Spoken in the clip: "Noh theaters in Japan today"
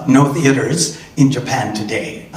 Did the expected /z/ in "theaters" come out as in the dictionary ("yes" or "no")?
yes